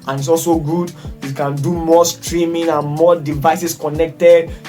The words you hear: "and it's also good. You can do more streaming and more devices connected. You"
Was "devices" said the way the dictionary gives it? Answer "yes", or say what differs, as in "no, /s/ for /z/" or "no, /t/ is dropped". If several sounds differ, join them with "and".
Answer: no, /s/ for /z/